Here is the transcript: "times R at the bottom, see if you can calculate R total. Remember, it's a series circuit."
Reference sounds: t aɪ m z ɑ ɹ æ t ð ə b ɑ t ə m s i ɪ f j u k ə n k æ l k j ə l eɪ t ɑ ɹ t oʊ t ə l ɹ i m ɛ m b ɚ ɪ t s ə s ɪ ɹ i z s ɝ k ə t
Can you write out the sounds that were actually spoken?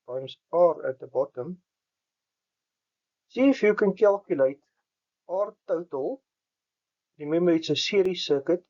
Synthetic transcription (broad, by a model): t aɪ m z ɑ ɹ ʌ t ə b ɑ t ə m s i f j u k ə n k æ l k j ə l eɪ t ɑ ɹ t oʊ t ə l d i m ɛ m ɚ ɪ t s ə s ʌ ɹ i s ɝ k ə t